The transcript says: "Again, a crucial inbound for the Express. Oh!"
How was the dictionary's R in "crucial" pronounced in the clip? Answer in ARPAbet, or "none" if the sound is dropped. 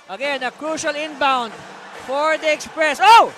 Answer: R